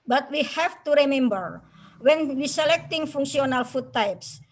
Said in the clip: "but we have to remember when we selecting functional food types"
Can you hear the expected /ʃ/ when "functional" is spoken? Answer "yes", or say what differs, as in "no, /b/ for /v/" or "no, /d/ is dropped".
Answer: no, /s/ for /ʃ/